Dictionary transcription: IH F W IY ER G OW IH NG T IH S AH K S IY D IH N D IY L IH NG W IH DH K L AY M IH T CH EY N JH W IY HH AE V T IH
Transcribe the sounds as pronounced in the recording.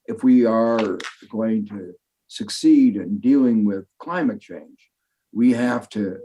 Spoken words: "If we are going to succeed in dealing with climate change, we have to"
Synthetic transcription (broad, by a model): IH F W IY ER G OW IH NG T IH S AH K S IY D IH N D IY L IH NG W IH DH K L AY M IH T CH EY N JH W IY HH AE F T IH